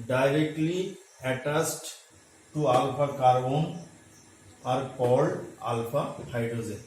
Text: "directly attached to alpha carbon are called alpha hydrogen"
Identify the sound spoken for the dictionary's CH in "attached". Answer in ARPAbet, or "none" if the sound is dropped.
S